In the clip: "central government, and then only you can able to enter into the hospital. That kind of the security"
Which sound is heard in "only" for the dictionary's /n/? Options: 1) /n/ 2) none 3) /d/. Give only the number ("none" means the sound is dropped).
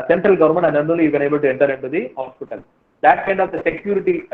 2